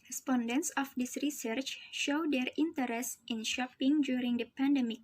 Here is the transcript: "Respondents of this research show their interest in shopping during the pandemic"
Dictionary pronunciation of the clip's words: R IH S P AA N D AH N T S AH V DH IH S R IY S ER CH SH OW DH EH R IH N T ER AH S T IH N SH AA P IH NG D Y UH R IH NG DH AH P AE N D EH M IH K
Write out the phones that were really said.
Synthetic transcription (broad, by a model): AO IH S P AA N D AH N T S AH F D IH S R IY S ER CH SH OW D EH R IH N T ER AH S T IH N SH AA P IH NG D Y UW R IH NG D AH P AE N D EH M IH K